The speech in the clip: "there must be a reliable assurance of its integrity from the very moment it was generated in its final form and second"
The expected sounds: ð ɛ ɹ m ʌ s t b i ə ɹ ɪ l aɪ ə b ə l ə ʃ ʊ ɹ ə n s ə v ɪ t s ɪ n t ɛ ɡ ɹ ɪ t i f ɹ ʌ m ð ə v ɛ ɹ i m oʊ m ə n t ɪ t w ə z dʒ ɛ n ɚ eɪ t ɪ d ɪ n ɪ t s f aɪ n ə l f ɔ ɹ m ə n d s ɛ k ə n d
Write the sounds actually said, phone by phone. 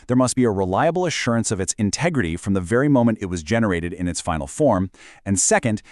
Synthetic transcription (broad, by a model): ð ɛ ɹ m ʌ s t b i ə ɹ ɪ l aɪ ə b l ə ʃ ʊ ɹ ə n s ə v ɪ t s ɪ n t ɛ ɡ ɹ ɪ t i f ɹ ʌ m ð ə v ɛ ɹ i m oʊ m ə n t ɪ t w ə z dʒ ɛ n ɚ eɪ t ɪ d ɪ n ɪ t s f aɪ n l f ɔ ɹ m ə n s ɛ k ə n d